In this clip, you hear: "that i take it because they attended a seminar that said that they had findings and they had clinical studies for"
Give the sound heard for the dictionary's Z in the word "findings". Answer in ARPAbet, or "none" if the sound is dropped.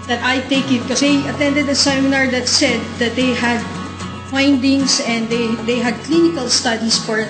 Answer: S